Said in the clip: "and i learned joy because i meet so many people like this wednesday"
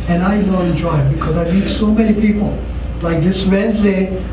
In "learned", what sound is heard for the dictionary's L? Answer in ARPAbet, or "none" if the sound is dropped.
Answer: N